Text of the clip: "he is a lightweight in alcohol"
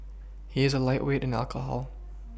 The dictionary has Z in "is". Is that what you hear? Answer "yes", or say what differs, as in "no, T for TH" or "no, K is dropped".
yes